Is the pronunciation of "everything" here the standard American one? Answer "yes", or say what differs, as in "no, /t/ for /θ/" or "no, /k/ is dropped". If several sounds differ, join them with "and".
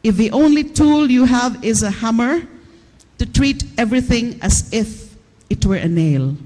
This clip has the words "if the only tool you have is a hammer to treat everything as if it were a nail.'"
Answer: yes